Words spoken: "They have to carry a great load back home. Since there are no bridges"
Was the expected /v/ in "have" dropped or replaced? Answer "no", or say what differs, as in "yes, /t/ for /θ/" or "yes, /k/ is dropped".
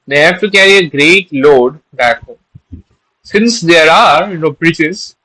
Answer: yes, /f/ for /v/